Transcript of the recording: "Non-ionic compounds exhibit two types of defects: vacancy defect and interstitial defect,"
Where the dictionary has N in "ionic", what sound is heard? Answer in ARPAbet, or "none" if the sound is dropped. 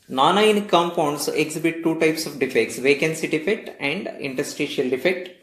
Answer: none